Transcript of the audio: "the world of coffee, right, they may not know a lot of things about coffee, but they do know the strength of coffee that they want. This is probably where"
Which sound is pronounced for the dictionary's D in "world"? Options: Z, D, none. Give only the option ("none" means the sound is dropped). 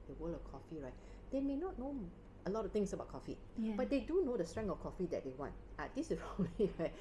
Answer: none